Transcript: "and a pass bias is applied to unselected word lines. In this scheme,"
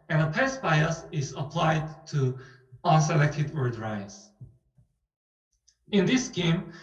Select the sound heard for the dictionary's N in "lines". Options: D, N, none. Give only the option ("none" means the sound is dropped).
none